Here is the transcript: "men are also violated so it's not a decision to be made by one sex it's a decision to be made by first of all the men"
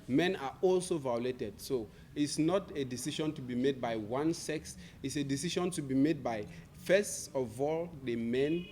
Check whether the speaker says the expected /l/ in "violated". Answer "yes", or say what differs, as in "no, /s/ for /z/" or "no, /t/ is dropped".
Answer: yes